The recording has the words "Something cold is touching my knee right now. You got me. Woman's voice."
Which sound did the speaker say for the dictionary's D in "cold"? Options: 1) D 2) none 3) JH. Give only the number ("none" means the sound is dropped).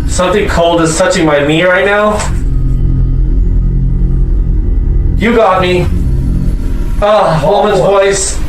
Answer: 1